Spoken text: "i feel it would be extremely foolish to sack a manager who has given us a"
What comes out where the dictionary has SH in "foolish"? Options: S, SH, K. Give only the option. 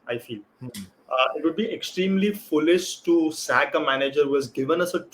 S